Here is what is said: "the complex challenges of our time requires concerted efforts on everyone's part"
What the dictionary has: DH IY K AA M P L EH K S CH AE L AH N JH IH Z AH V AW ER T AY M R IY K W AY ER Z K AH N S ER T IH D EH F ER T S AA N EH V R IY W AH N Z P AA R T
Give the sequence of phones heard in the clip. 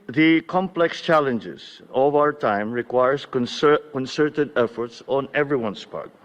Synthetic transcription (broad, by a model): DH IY K AA M P L EH K S CH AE L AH N JH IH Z AH V AW ER T AY M R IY K W AY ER S K AH N S ER T IH D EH F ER T S AA N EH V R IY W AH N S P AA R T